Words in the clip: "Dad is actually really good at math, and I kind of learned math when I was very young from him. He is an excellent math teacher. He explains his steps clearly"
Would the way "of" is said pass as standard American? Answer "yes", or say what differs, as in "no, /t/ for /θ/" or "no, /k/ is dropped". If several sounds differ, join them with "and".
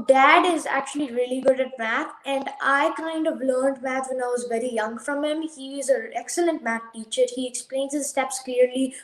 yes